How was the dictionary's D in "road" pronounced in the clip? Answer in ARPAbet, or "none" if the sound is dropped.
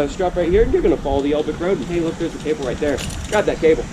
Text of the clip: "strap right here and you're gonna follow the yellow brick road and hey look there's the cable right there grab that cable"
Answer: none